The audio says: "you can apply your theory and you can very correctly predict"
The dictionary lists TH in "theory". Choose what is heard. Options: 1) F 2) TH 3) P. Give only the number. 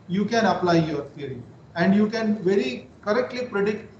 1